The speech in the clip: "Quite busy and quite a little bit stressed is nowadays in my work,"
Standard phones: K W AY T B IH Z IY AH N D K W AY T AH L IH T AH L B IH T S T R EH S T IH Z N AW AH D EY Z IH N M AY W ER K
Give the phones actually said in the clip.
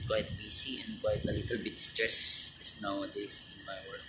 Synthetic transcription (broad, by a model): K W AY T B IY S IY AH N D K W AY T AH L IH T AH L B IH T S T R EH S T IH S N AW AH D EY S IH N M AY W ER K